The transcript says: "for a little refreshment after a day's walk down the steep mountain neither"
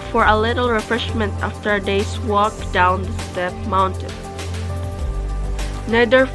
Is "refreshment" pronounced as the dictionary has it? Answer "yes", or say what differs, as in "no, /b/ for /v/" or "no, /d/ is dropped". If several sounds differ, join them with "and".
yes